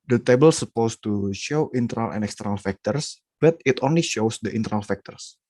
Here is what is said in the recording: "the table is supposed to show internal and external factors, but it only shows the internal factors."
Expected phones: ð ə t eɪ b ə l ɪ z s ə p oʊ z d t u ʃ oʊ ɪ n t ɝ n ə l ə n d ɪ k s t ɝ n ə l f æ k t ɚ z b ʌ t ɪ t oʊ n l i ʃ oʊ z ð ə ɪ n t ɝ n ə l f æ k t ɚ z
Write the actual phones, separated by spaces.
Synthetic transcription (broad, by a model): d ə t eɪ b ə l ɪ s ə p oʊ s t u ʃ oʊ ɪ n t ɝ n ə l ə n ɪ k s t ɝ n ə l f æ k t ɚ s b ʌ t ɪ t oʊ n l i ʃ oʊ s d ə ɪ n t ɝ n ə l f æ k t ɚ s